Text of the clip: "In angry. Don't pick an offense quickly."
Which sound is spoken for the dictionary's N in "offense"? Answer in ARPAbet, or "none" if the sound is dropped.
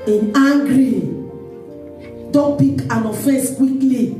none